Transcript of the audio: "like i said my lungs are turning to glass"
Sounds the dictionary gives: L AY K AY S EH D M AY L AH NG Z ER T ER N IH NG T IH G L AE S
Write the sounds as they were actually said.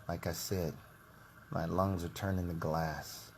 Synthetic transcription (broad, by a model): L AY K AY S EH D M AY L AH NG Z ER T ER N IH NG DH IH G L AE S